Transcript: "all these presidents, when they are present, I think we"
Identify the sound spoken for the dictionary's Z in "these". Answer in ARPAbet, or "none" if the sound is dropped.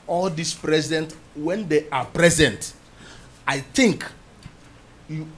S